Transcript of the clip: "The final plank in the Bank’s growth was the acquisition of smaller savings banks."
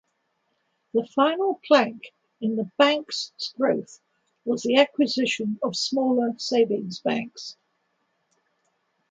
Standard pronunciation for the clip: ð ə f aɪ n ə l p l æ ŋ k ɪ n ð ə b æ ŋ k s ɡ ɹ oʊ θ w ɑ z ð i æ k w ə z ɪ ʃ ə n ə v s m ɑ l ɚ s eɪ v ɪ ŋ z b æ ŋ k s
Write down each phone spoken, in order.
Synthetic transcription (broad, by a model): ð ə f aɪ n ə l p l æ ŋ k ɪ n ð ə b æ ŋ k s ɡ ɹ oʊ θ w ɑ z ð i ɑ k w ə z ɪ ʃ ə n ə v s m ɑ l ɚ s eɪ v ɪ ŋ z b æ ŋ k s